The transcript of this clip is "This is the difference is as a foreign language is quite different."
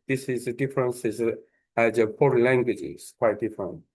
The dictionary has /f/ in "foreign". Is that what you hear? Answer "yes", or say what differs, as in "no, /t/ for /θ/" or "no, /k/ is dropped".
no, /p/ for /f/